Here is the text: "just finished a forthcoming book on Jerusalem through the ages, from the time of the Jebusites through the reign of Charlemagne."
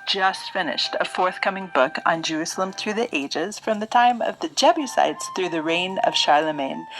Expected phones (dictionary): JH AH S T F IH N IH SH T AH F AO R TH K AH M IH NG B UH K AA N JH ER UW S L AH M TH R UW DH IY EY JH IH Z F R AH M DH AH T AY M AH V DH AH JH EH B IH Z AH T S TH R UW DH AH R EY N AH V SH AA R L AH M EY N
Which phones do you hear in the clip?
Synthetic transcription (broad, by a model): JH AH S T F IH N IH SH T AH F AO R TH K AH M IH NG B UH K N JH ER UW S L AH M TH R UW DH IY EY JH IH Z F R AH M DH AH T AY M AH V DH AH JH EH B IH S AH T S TH R UW DH AH R EY N AH V SH AA R L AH M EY N